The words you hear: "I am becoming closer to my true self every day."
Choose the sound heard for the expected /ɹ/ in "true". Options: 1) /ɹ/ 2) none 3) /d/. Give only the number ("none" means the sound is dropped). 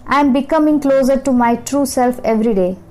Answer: 1